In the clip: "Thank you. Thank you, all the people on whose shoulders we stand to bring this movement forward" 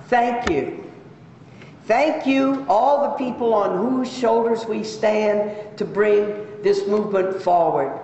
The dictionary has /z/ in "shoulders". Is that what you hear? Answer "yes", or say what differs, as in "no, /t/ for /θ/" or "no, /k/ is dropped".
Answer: yes